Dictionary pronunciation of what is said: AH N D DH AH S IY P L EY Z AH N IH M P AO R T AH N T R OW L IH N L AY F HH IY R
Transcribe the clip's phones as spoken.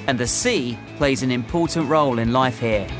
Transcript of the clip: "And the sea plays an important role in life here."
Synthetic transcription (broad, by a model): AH N DH AH S IY P L EY Z AH N IH M P AO T N T R OW L IH N L AY F HH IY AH